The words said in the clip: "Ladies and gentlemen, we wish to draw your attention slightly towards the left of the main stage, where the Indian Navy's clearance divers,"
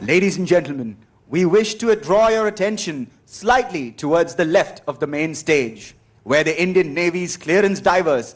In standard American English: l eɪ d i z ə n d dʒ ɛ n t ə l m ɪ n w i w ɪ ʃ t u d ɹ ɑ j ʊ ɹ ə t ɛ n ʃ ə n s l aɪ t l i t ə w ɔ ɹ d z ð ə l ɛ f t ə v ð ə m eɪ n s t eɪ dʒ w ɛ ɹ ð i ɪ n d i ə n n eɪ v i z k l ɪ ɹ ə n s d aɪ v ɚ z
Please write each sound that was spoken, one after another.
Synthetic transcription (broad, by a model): l eɪ d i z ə n dʒ ɛ n t l m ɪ n w i w ɪ ʃ t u d ɹ ɑ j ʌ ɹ ə t ɛ n ʃ ə n s l aɪ t l i t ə w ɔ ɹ d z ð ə l ɛ f t ə v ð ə m eɪ n s t eɪ dʒ w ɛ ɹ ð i ɪ n d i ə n n eɪ v i z k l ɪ ɹ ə n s d aɪ v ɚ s